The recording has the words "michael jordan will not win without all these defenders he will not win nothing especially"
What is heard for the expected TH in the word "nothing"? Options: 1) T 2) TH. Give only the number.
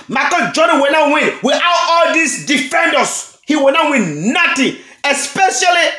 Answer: 1